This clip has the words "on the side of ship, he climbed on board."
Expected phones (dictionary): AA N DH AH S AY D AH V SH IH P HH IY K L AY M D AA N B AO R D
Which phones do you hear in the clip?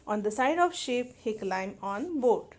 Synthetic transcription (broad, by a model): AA N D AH S AY D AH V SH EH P HH IY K L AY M AA N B AO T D